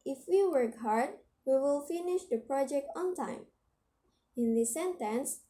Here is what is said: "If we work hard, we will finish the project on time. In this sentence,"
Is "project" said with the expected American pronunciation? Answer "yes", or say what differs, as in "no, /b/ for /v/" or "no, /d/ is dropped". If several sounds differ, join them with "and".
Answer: yes